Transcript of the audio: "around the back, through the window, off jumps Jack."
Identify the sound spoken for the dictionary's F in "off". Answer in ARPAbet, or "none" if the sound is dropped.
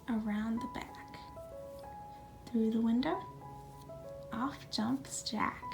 F